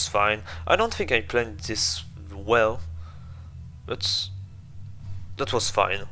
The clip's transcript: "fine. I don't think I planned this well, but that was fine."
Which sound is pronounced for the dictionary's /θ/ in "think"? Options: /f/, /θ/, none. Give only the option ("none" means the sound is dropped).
/θ/